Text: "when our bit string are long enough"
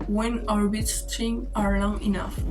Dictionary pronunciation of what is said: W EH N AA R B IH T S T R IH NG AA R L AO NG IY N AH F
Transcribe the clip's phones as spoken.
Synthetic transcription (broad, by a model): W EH N AA R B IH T S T IH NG AA R L AO NG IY N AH F